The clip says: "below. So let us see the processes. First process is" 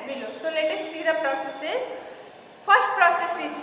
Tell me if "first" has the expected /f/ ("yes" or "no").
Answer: no